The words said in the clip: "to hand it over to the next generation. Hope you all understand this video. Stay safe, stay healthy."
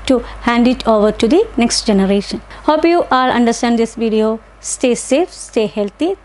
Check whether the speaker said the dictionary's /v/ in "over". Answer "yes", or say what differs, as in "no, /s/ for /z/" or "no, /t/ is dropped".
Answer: yes